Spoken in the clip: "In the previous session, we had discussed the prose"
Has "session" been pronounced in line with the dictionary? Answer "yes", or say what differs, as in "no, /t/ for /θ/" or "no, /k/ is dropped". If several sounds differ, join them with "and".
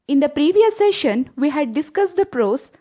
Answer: yes